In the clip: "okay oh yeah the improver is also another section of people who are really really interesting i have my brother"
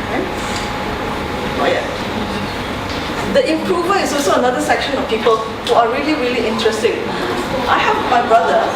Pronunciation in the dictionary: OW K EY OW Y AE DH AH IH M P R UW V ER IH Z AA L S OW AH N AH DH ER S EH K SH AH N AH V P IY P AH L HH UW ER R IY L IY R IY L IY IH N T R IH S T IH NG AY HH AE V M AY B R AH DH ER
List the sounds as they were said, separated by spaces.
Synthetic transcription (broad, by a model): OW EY OW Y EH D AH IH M P R UW V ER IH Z AA L S OW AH N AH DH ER S EH K SH AH N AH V P IY P AH L HH UW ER R IY L IY R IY L IY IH N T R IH S T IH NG AY HH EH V M AY B R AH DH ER